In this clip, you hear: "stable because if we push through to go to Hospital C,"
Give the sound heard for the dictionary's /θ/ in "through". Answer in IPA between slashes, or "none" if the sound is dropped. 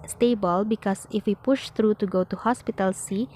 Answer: /t/